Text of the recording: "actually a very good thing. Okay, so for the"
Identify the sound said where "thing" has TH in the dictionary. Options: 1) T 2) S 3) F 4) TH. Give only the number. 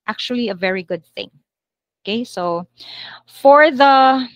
4